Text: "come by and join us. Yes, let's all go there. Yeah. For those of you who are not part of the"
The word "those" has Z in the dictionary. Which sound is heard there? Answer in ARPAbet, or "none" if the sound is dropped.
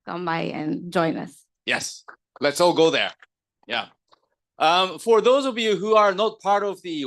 Z